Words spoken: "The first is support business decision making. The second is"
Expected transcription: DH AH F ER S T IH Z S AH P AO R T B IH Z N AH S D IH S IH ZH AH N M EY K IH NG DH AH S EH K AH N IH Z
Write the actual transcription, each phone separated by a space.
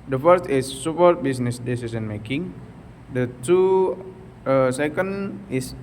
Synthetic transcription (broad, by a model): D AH F ER S T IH S AH P AO R T B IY S N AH S D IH S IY S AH N M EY K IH NG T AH S EH K AH N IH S